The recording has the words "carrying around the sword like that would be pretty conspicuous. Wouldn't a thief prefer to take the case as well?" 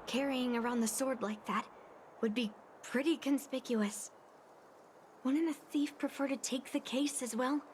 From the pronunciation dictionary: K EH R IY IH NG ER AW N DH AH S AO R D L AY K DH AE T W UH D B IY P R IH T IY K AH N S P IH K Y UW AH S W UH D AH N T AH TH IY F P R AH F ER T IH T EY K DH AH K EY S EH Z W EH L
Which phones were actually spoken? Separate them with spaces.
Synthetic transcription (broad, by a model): K EH R IY IH NG ER AW N DH AH S AO R D L AY K DH AE T W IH D B IY P R IH T IY K AH N S P IH K Y UW AH S W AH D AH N AH TH IY F P R AH F ER T IH T EY K DH AH K EY S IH Z W EH L